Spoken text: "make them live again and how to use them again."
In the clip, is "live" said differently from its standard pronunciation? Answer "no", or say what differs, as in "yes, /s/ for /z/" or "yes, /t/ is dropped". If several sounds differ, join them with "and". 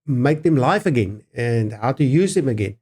yes, /f/ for /v/